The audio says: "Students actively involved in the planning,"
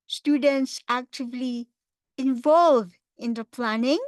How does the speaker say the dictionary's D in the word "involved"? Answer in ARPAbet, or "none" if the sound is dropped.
none